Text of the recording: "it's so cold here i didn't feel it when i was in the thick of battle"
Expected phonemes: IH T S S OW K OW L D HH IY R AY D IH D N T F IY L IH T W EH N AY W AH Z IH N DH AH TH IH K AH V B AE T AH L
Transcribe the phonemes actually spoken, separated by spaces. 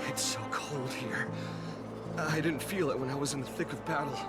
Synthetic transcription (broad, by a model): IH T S S OW K OW L D HH IY R AY D IH D N T F IY L IH T W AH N AY W AH Z IH N DH AH TH IH K AH V B AE T L